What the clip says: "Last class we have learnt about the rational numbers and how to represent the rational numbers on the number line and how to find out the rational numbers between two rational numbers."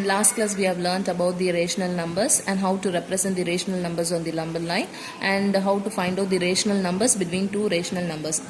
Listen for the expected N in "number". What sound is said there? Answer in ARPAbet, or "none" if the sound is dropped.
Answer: L